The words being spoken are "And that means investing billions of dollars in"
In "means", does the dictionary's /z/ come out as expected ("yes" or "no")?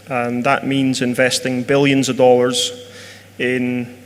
yes